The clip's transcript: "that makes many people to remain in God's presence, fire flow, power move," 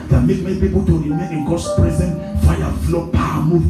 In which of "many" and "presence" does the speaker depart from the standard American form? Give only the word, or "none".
presence